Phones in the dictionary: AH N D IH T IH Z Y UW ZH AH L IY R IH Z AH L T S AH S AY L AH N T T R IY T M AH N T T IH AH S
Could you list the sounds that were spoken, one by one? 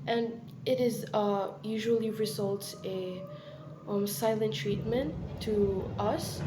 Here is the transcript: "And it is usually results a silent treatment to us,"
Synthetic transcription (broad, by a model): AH N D IH T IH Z Y UW ZH AH L IY R IH Z AH L T S AH S AY L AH N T T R IY T M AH N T T IH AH S